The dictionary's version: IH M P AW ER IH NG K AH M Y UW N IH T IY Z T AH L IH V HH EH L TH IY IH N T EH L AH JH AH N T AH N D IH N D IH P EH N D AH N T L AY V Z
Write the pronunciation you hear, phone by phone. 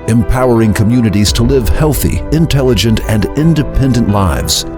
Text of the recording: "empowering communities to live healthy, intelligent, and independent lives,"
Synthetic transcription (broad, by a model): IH M P AW ER IH NG K AH M Y UW N IH T IY Z T AH L IH V HH EH L TH IY IH N T EH L AH JH AH N T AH N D IH N D IH P EH N D AH N T L AY V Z